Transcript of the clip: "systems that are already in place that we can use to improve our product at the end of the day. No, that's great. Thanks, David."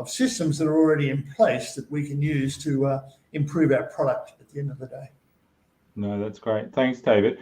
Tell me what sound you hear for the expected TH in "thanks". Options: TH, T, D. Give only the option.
TH